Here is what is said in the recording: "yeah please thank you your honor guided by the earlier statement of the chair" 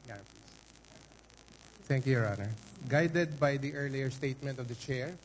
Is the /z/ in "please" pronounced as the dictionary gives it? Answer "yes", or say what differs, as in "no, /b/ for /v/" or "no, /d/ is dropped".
no, /s/ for /z/